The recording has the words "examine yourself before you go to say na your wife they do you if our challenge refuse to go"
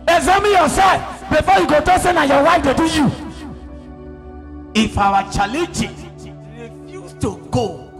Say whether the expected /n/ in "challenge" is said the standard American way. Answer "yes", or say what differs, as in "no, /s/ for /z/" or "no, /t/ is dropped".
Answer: no, /n/ is dropped